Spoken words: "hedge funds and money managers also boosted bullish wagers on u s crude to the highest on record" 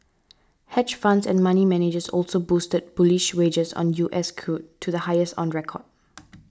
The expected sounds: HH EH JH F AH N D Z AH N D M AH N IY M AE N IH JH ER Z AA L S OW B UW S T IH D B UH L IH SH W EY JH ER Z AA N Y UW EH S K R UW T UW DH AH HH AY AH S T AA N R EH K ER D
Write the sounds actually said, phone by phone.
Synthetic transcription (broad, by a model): HH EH CH F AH N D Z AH N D M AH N IY M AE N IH JH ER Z AA L S OW B UW S T IH D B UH L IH SH W EY JH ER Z AA N Y UW EH S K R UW T UW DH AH HH AY AH S T AA N R EH K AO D